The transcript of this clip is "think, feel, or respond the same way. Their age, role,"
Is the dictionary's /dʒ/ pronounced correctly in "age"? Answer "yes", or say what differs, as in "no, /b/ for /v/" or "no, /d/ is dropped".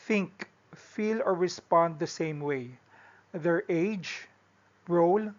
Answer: yes